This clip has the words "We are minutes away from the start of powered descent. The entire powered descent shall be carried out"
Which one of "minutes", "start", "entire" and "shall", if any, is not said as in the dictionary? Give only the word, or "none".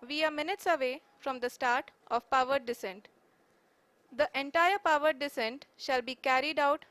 none